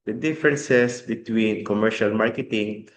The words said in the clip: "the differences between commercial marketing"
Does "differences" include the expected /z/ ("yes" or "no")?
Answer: no